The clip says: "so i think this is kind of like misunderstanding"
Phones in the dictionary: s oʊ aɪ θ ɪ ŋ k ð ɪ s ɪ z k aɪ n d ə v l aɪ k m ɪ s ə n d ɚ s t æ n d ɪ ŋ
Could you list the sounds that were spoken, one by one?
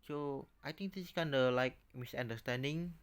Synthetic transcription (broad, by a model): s oʊ aɪ t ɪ ŋ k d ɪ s k aɪ n d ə l aɪ k m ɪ s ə n d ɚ s t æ n d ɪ ŋ